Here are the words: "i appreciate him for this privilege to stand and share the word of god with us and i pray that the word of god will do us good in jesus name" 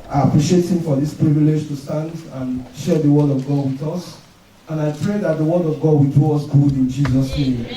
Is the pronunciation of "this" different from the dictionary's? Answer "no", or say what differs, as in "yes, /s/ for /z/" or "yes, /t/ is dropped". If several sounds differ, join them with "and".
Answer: no